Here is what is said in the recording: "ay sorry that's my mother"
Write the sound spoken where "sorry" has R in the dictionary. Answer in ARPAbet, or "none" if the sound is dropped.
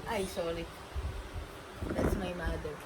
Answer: L